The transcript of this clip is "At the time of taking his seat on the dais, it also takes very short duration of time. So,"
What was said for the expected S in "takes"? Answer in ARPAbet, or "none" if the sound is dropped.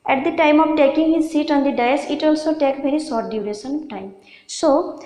none